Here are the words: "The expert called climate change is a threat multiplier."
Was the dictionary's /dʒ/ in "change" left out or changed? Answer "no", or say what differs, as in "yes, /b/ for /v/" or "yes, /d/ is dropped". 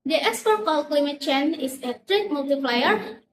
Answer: yes, /dʒ/ is dropped